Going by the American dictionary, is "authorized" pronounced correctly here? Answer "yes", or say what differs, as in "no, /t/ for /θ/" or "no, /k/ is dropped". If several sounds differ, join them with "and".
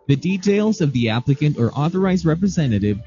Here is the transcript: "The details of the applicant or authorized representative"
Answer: yes